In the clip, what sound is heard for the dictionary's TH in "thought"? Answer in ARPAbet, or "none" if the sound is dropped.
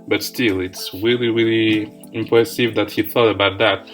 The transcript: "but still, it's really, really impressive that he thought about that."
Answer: TH